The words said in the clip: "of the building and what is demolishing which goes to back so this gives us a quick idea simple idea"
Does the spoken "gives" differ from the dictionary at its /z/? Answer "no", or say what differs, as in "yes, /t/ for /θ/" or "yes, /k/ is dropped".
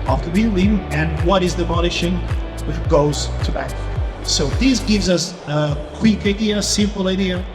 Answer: no